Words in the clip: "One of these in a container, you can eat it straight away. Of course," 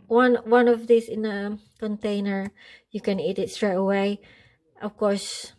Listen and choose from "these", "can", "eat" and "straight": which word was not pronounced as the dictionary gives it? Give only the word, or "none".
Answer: these